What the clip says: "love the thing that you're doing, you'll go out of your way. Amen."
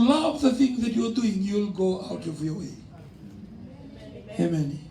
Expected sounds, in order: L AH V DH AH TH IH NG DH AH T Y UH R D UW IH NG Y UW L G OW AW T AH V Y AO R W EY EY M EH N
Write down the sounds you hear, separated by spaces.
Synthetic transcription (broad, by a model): L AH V DH AH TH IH NG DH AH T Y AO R D UW IH NG Y UW L G OW AW T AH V Y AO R W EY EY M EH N